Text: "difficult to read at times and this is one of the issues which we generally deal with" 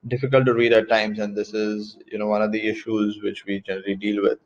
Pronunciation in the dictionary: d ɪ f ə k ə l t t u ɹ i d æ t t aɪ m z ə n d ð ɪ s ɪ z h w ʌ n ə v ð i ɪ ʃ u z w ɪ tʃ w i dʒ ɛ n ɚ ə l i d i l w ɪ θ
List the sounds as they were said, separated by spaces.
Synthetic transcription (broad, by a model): d ɪ f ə k ə l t t u ɹ i d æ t t aɪ m z ə n d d ɪ s ɪ z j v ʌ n ə v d i ɪ ʃ u z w ɪ tʃ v i dʒ ɛ n ɚ ə l i d i l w ɪ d